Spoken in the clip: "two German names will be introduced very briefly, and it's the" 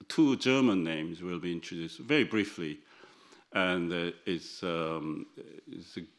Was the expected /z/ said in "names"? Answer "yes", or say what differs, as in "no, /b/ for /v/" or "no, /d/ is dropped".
yes